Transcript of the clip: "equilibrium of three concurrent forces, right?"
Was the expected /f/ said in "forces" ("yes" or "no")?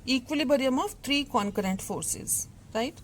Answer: yes